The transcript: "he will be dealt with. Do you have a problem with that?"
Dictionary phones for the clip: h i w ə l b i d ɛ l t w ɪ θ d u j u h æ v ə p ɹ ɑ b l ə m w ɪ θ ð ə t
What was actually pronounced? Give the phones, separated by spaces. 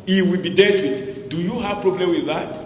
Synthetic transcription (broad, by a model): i w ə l b i d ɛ t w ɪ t d u j u h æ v p ɹ ɑ b l ə m w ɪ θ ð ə t